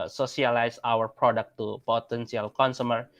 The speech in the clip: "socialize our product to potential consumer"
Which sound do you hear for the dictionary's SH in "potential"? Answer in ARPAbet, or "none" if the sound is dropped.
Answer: S